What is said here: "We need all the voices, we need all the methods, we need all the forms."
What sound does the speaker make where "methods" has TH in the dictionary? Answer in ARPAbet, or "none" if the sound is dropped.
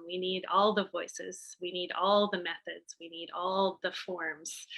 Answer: TH